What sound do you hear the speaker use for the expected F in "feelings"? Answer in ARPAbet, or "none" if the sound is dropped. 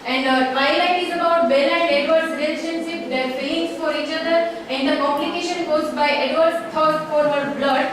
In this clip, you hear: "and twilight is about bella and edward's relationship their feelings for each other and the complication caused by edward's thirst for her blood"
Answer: P